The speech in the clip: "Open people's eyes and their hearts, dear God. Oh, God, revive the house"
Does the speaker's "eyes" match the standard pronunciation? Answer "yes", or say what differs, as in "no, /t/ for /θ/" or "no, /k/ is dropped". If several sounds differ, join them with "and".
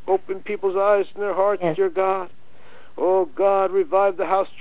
yes